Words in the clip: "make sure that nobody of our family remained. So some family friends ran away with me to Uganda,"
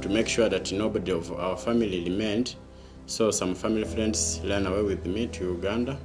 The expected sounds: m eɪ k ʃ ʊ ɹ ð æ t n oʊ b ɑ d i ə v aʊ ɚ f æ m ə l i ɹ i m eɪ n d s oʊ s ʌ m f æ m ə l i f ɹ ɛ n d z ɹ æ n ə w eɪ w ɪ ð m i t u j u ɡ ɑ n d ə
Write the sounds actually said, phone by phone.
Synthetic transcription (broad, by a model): m eɪ k ʃ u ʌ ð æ t n oʊ b ɑ d i ə v aʊ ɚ f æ m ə l i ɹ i m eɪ n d s oʊ s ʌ m f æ m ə l i f ɹ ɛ n d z l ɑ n ə w eɪ w ɪ ð m i t u j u ɡ ɑ n d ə